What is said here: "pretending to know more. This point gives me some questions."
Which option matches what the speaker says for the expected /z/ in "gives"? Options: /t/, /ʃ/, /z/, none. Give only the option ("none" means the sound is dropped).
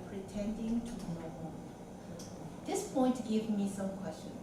none